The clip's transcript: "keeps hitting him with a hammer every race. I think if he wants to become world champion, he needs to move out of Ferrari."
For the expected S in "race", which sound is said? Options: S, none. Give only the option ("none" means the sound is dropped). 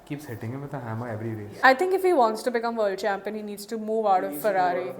none